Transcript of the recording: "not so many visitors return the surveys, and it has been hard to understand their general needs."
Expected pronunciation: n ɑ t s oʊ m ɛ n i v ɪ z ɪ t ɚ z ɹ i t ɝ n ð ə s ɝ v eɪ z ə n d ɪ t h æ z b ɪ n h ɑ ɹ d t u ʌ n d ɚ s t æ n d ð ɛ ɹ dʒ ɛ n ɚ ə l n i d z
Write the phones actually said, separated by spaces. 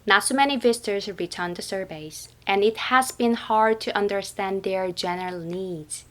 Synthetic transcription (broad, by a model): n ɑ t s oʊ m ɛ n i v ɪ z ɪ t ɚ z ɹ i t ɝ n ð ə s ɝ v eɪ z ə n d ɪ t h æ z b ɪ n h ɑ ɹ d t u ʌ n d ɚ s t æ n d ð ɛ ɹ dʒ ɛ n ɚ ə l n i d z